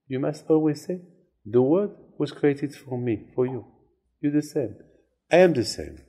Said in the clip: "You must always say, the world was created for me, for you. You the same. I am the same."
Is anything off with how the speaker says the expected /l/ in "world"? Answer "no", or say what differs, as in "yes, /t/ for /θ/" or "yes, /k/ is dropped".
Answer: yes, /l/ is dropped